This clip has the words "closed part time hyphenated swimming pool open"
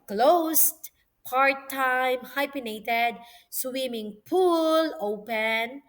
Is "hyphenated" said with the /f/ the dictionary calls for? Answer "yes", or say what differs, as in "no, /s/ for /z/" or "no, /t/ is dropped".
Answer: no, /p/ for /f/